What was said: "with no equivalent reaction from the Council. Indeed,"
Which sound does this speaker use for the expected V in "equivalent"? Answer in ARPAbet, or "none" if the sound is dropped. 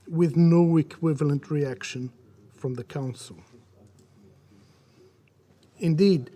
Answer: V